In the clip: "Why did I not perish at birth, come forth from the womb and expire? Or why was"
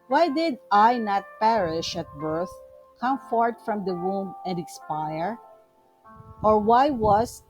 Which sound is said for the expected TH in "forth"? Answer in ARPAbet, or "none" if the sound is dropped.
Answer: T